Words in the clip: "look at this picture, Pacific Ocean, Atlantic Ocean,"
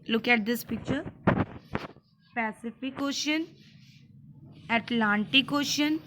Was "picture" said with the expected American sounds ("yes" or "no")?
yes